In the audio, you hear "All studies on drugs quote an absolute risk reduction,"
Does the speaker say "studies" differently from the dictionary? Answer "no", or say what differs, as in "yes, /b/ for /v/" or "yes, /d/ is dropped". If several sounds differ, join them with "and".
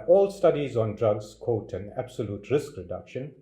no